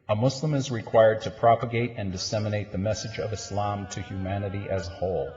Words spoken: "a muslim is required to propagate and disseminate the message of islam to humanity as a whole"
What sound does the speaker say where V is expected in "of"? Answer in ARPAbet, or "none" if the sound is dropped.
V